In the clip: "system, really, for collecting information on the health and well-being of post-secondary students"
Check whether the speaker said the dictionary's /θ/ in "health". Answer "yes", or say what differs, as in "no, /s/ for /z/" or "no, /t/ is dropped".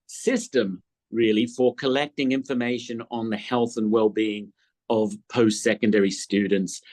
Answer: yes